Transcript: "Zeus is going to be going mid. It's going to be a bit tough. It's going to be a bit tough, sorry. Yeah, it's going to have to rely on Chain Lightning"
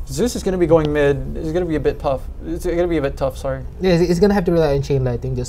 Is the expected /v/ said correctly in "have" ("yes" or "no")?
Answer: no